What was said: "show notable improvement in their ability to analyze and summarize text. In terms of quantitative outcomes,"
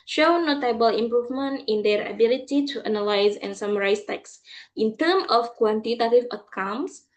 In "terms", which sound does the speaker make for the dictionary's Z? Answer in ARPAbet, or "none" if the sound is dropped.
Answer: none